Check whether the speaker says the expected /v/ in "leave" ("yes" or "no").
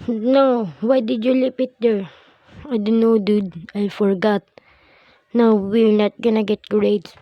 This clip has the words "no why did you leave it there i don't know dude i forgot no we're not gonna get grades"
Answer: no